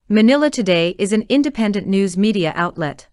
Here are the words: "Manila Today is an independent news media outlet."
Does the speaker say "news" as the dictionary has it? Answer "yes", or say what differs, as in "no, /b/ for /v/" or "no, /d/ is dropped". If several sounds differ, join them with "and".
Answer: yes